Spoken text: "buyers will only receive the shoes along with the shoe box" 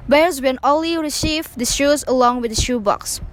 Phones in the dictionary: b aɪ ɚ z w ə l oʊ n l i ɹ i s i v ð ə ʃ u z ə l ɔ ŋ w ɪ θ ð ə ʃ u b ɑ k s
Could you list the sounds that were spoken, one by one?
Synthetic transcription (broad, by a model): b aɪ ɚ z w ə n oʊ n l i ɹ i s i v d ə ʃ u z ə l ɔ ŋ w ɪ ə ʃ u b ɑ k s